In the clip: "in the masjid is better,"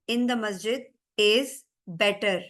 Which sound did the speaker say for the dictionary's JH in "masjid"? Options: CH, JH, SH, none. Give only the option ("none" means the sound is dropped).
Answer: JH